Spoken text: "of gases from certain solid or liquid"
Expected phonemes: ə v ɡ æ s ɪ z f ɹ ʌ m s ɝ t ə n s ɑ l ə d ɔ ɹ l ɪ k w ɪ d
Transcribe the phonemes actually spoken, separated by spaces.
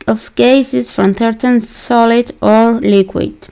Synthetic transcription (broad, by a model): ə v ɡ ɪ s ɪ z f ɹ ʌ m θ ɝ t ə n s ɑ l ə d ɔ ɹ l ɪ k w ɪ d